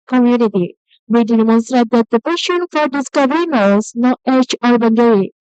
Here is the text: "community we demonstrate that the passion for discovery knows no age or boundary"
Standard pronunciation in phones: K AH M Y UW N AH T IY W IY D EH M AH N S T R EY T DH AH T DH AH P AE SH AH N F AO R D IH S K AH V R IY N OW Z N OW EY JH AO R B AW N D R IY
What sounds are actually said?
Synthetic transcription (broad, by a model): K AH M Y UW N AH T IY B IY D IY M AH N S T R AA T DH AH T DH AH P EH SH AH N F AO R D IH S K AH V R IY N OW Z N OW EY CH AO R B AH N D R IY